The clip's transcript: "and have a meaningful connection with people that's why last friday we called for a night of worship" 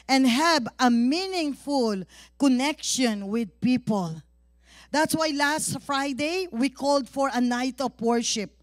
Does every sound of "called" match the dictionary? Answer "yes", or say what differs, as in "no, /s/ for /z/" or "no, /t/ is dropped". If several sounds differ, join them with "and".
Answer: yes